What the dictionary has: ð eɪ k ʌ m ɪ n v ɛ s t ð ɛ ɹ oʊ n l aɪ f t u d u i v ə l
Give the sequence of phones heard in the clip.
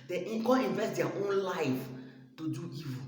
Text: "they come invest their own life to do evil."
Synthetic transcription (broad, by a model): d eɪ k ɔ ɪ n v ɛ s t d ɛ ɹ oʊ n l aɪ f t u d u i v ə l